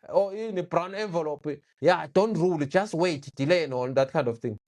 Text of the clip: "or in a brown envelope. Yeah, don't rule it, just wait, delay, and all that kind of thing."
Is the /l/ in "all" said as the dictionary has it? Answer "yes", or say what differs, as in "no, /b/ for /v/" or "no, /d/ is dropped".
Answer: no, /n/ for /l/